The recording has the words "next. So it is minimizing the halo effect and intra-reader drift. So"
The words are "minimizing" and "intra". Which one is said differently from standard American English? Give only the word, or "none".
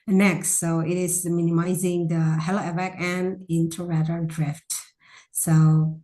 intra